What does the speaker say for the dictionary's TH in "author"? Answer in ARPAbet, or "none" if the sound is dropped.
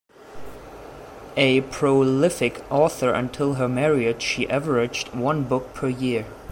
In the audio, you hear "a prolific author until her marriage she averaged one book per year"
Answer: TH